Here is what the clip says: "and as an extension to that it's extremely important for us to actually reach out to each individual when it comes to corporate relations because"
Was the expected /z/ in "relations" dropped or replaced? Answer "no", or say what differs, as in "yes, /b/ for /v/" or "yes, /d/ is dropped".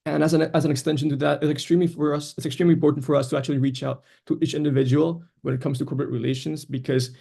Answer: no